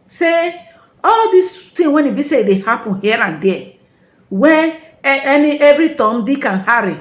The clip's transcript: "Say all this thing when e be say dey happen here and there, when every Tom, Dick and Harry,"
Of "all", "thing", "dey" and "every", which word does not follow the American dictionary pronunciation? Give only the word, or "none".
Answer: thing